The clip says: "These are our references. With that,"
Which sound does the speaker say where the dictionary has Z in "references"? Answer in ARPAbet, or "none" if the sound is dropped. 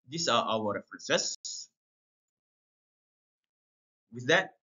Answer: S